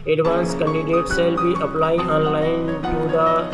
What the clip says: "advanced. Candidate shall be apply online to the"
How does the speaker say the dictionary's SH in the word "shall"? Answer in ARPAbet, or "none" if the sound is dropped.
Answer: S